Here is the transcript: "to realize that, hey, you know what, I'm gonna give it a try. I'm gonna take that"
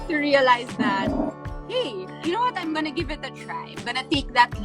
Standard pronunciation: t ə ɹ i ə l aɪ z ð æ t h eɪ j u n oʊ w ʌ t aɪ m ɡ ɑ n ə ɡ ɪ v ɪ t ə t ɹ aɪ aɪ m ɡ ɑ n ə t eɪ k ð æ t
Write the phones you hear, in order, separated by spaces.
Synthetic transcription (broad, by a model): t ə ɹ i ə l aɪ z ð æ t h eɪ j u n oʊ w ʌ t aɪ m ɡ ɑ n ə ɡ ɪ v ɪ t ə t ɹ aɪ aɪ m ɡ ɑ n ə t eɪ k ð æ t